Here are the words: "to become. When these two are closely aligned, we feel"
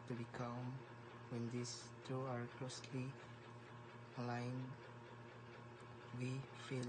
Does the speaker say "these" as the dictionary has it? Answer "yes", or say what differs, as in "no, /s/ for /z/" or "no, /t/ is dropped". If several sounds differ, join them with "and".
no, /s/ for /z/